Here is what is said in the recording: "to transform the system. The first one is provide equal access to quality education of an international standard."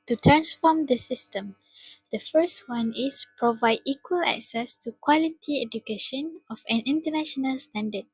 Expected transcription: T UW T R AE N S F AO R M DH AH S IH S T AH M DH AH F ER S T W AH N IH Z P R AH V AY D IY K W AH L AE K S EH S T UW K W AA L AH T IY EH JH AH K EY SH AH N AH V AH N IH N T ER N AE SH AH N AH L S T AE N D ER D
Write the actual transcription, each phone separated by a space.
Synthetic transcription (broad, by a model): T UW T R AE N S F AO M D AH S IH S T AH M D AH F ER S T W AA N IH S P R AH V AY D IY K W AH L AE K S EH S T UW K W AA L AH T IY EH JH AH K EY SH AH N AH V AH N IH N T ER N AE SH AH N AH L S T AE N D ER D